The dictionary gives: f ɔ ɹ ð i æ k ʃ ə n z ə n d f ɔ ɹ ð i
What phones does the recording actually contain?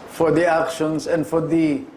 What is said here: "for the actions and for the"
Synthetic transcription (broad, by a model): f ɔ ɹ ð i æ k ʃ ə n s ə n d f ɔ ɹ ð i